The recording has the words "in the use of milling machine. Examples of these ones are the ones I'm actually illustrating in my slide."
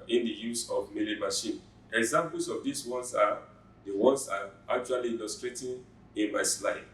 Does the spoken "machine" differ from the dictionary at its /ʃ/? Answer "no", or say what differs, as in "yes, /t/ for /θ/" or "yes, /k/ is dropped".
no